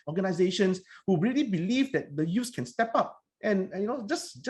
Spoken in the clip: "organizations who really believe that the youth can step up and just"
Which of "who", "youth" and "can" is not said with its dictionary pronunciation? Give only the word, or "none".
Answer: youth